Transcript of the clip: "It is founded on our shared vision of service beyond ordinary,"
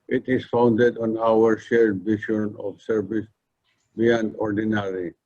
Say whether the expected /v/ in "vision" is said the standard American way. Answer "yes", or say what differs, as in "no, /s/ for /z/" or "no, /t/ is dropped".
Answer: no, /b/ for /v/